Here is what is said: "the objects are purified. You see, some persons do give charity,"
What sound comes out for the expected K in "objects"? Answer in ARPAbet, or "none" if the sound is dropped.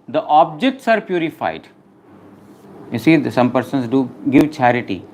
K